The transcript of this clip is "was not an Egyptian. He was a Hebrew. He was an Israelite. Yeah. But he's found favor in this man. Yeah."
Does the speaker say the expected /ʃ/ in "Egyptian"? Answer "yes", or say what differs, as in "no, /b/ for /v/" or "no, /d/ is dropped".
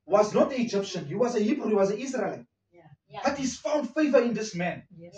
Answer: yes